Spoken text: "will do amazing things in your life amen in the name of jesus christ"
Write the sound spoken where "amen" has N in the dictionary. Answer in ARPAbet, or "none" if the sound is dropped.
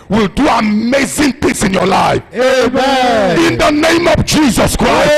none